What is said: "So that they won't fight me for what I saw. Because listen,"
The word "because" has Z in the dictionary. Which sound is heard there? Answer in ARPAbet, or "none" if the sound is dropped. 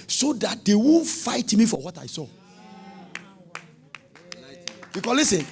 S